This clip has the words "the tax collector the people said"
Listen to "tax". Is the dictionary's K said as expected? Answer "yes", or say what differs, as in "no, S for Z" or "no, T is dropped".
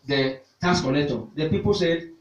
no, K is dropped